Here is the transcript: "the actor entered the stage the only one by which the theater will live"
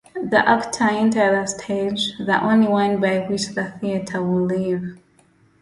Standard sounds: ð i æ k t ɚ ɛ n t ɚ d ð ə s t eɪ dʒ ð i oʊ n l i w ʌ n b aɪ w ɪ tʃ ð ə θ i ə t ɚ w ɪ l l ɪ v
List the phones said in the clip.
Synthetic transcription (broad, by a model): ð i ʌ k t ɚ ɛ n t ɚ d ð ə s t eɪ dʒ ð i oʊ n l i w ʌ n b aɪ w ɪ tʃ ð ə θ i ə t ɚ w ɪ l l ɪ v